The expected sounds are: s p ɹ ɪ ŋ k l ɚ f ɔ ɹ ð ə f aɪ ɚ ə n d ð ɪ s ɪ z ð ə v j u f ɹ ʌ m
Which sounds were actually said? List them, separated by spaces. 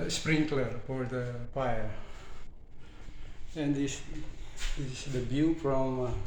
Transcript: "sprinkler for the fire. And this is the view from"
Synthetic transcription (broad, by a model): s p ɹ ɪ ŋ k l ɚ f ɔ ɹ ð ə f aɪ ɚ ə n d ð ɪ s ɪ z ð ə b j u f ɹ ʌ m